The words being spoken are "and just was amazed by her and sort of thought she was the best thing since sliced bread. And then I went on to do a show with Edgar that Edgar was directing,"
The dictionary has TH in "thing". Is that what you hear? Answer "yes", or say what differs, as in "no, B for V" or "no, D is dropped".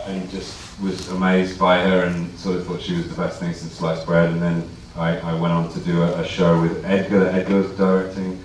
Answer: yes